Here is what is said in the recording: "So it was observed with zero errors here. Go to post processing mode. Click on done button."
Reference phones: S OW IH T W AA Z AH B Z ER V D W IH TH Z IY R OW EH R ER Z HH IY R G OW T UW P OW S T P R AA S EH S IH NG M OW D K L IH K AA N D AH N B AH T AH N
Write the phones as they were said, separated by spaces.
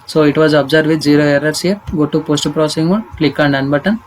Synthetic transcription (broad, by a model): S OW IH T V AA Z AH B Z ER D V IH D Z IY R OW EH R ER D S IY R G OW T UW P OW S T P R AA S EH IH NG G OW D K L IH K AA N D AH N B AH T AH N